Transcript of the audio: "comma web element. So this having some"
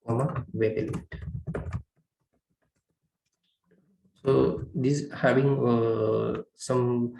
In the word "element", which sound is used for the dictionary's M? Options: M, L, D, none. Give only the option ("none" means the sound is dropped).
none